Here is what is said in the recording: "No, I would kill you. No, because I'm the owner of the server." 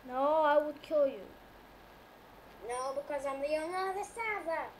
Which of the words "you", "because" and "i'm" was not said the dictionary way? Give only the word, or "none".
none